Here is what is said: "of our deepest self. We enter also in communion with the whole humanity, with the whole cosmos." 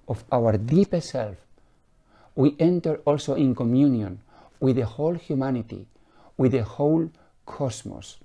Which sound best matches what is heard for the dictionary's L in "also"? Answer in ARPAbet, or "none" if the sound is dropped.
L